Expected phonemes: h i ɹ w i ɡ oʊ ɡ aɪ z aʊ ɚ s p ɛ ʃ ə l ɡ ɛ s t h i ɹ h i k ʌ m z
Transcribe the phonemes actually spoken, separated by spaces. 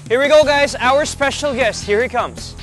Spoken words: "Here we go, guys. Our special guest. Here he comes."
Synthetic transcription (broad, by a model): h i ɹ w i ɡ oʊ ɡ aɪ z aʊ ɚ s p ɛ ʃ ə l ɡ ɛ s t h i ɹ h i k ʌ m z